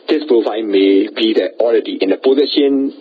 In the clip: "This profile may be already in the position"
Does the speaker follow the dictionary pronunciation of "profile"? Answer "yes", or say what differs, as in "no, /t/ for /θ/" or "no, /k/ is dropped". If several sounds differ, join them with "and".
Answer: no, /n/ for /l/